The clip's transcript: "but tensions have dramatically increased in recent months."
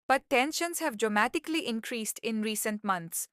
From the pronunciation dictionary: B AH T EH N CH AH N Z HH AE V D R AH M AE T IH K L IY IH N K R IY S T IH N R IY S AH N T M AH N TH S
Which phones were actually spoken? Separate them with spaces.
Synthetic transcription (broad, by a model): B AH T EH N SH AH N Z HH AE V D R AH M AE T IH K L IY IH N K R IY S T IH N R IY S AH N T M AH N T S